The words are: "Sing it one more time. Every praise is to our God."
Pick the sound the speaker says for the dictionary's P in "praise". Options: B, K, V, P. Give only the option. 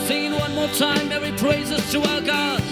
P